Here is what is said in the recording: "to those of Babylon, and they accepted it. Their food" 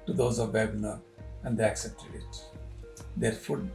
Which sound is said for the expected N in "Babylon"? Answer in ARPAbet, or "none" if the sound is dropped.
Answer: none